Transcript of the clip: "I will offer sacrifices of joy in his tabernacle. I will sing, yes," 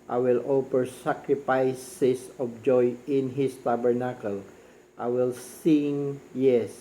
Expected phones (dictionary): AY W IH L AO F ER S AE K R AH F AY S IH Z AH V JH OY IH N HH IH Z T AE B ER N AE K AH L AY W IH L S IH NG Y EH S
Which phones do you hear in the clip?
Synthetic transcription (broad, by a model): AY W IH L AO P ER S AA K R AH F AY S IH S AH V JH OY IH N HH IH S T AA B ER N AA K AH L AY W IH L S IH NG Y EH S